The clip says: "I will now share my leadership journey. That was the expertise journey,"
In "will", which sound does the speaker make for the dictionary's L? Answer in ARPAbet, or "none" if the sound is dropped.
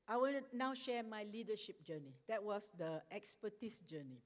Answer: N